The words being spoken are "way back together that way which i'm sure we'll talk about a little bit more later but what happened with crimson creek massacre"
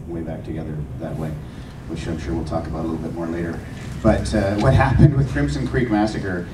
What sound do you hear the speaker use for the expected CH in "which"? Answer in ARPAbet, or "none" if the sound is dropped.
SH